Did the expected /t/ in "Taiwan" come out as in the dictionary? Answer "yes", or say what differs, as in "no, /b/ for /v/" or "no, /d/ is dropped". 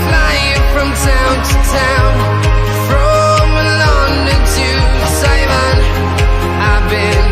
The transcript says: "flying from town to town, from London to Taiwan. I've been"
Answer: no, /s/ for /t/